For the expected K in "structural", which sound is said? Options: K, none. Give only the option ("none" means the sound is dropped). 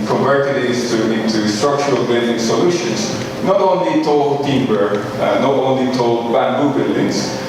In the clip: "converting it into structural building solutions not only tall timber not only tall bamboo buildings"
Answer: K